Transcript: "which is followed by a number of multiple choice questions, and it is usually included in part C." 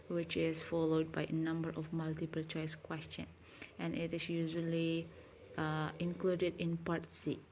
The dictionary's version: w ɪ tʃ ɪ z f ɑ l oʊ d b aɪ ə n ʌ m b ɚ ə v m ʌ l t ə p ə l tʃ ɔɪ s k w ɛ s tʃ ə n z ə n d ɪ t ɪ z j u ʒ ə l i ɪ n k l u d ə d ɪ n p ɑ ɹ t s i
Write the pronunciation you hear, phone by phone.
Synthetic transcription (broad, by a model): w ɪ tʃ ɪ s f ɑ l oʊ d b aɪ ə n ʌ m b ɚ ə f m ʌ l t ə p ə l tʃ ɔɪ s k w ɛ s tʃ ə n ə n ɪ t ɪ s j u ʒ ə l i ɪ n k l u d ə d ɪ n p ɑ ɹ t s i